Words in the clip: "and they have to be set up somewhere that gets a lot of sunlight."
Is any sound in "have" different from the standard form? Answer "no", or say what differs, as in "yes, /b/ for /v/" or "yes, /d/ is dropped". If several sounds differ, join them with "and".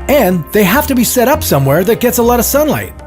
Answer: yes, /f/ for /v/